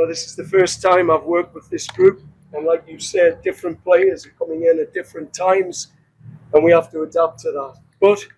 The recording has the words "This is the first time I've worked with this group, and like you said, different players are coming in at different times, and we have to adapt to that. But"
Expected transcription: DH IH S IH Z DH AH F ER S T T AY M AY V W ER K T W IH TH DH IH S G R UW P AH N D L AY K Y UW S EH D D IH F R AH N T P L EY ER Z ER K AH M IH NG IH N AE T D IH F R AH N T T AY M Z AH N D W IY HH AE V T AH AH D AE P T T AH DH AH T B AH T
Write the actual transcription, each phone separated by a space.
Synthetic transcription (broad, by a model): DH IH S IH Z DH AH F ER S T T AY M AY V W ER K T W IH DH IH S G R UW P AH N L AY K Y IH S EH D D IH F R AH N P L EY ER Z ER K AH M IH NG IH N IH T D IH F R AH N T T AY M Z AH N W IY HH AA F T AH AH D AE P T T AH DH AH T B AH T